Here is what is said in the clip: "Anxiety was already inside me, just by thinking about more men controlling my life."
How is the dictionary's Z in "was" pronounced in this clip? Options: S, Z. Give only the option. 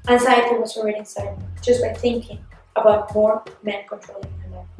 S